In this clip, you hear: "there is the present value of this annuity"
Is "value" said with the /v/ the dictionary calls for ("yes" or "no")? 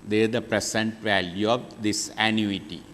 yes